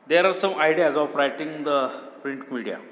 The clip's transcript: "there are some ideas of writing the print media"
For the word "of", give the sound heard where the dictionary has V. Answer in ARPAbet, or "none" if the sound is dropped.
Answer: P